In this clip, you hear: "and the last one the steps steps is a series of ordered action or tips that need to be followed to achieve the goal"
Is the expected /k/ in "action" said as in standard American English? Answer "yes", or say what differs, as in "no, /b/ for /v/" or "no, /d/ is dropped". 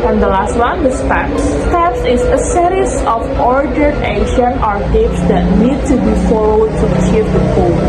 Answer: no, /k/ is dropped